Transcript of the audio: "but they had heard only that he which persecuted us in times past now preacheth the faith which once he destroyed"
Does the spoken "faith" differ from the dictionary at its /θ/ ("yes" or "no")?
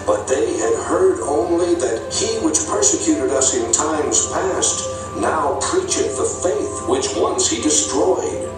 no